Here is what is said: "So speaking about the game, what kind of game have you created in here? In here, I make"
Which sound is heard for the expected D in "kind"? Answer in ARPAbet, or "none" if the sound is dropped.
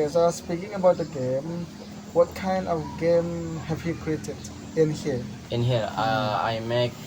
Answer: D